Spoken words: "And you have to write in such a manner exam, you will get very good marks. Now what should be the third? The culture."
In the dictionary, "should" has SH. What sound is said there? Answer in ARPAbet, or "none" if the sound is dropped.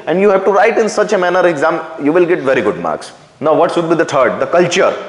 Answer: S